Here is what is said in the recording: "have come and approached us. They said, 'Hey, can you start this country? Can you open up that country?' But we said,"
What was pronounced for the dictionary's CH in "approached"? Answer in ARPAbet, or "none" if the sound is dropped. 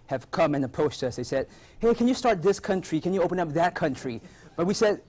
S